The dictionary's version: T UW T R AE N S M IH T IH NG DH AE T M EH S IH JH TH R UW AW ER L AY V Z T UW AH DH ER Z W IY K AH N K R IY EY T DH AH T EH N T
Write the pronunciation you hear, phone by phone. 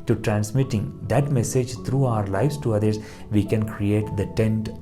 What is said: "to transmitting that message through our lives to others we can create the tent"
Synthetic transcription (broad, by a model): T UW T R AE N S M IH T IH NG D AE T M EH S IH JH T R UW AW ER L AY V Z T UW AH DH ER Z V IY K AH N K R IY EY T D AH T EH N T